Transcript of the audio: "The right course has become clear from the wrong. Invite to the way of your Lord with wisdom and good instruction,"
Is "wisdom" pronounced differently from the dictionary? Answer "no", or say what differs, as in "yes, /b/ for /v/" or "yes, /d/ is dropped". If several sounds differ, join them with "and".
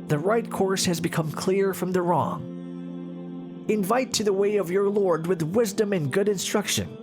no